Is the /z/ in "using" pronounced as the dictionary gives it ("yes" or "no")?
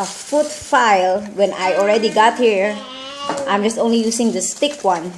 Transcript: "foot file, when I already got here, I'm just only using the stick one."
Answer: no